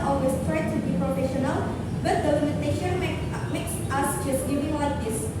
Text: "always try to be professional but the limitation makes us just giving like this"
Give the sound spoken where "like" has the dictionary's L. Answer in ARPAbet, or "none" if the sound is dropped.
W